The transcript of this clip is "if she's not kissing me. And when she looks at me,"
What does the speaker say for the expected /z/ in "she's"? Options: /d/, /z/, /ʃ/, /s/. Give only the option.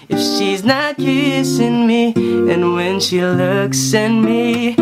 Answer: /z/